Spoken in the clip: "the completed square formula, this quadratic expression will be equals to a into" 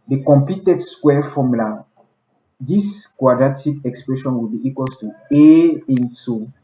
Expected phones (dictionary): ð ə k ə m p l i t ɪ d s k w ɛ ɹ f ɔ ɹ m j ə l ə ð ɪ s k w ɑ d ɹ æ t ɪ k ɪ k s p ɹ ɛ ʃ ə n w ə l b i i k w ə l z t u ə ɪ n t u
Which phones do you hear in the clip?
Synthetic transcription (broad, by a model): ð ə k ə m p i t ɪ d s k w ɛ f ɔ m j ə l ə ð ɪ s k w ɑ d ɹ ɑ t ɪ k ɪ k s p ɹ ɛ ʃ ə n w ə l b i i k w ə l t u ə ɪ n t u